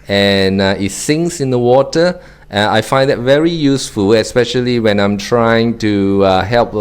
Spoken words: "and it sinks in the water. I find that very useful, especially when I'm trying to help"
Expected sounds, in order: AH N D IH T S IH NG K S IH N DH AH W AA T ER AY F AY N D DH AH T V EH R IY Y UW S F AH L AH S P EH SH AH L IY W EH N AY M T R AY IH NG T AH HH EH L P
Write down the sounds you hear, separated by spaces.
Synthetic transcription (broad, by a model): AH N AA IH T S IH NG S IH N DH AH W AA T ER AY F AY N D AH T V EH R IY Y UW S F AH L AH S P EH SH AH L IY W EH N AY M T R AY IH NG T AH HH EH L P